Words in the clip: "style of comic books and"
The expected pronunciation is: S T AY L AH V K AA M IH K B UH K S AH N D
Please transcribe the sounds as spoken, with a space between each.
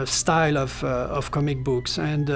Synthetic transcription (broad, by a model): S T AY L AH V K AA M IH K B UH K S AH N D